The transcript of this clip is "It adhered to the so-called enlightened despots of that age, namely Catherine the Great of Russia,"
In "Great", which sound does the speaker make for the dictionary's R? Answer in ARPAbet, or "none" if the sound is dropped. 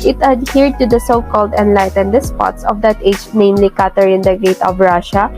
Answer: none